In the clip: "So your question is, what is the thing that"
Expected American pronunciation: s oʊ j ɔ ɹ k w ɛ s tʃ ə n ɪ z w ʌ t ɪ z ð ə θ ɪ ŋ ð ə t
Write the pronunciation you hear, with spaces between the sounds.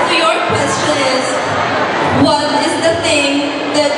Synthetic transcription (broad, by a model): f j ɔ ɹ k w ɛ s tʃ ə n ɪ z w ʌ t ɪ z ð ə t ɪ ŋ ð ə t